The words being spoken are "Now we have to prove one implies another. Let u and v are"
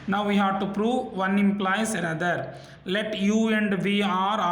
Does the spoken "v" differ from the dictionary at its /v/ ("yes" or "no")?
no